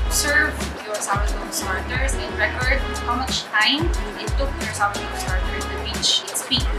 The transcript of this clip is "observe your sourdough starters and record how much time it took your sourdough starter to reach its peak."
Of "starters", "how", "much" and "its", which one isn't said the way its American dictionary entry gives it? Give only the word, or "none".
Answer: starters